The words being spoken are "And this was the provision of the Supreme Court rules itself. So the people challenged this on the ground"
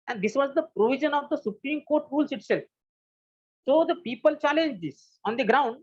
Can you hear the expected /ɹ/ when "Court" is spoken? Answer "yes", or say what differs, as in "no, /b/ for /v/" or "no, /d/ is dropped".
yes